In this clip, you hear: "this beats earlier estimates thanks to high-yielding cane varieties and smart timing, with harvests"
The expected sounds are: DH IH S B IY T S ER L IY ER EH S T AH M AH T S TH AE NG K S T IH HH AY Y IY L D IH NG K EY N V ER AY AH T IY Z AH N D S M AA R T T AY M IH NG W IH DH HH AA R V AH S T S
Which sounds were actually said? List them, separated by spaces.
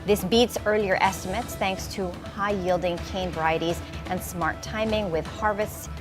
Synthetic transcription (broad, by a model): DH IH S B IY T S ER L IY ER EH S T AH M AH T S TH AE NG K S T IH HH AY Y IY L D IH NG K EY N V ER AY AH T IY Z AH N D S M AA R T T AY M IH NG W IH DH HH AA R V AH S T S